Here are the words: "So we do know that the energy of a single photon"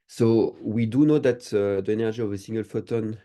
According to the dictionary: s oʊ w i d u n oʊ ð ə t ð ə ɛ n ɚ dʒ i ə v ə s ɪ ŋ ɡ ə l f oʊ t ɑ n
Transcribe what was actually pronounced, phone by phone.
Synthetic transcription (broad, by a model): s oʊ w i d u n oʊ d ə t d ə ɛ n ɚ ʒ i ə v ə s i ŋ ɡ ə l f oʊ t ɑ n